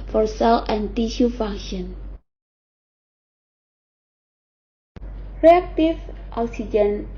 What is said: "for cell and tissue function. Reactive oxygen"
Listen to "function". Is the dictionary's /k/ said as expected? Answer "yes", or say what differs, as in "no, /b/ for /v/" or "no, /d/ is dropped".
no, /k/ is dropped